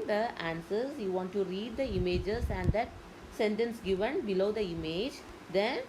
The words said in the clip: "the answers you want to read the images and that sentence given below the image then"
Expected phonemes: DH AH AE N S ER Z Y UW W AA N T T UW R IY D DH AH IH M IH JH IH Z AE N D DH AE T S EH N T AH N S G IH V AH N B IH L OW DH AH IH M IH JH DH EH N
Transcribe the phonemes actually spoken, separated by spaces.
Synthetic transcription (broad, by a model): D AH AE N S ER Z Y UW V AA N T T UW R IY D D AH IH M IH JH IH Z AE N D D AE T S EH N T AH N S G IH V AH N B IH L OW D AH IH M IH JH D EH N